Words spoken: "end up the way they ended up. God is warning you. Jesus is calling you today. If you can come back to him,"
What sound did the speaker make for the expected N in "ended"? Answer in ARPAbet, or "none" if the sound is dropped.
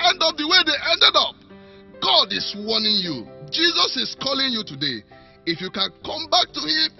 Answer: N